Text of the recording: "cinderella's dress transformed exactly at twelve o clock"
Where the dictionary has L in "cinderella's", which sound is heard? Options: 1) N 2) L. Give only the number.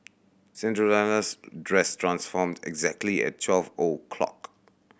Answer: 1